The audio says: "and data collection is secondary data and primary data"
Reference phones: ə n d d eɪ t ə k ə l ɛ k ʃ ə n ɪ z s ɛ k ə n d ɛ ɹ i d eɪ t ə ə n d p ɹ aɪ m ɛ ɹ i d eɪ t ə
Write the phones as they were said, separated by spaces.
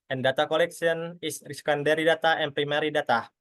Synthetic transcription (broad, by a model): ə n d d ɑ t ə k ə l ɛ k s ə n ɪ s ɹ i k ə n d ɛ ɹ i d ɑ t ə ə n p ɹ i m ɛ ɹ i d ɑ t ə